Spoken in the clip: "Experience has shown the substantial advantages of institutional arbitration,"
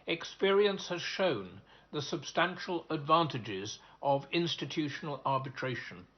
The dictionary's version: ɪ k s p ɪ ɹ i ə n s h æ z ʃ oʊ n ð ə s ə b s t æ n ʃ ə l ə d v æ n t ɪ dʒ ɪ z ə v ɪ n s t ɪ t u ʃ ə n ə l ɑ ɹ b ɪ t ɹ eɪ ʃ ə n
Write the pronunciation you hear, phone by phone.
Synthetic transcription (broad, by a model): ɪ k s p ɪ ɹ i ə n s h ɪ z ʃ oʊ n ð ə s ə b s t æ n ʃ ə l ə d v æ n t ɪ dʒ ɪ z ə v ɪ n s t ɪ t u ʃ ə n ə l ɑ ɹ b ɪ t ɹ eɪ ʃ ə n